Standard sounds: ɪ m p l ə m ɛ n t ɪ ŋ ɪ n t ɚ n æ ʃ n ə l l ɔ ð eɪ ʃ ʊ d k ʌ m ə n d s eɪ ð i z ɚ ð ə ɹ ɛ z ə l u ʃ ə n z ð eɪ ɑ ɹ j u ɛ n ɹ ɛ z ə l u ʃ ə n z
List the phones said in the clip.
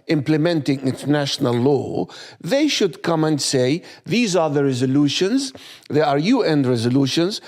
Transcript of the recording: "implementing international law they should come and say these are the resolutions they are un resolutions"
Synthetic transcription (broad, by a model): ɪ m p l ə m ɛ n t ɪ ŋ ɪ n t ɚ n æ ʃ n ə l l ɔ ð eɪ ʃ ʊ d k ʌ m ə n d s eɪ ð i z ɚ ð ə ɹ ɛ z ə l u ʃ ə n z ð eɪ ɑ ɹ j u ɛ n ɹ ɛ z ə l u ʃ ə n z